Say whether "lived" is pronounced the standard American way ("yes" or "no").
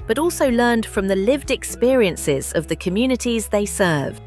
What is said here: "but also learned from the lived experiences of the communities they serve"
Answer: yes